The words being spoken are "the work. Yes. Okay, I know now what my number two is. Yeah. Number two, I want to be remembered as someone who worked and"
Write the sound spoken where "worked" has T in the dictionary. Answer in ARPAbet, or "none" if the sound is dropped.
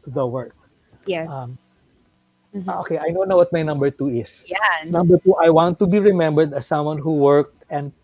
T